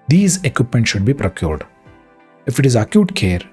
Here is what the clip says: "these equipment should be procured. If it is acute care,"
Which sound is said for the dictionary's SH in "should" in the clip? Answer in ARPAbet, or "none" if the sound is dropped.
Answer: SH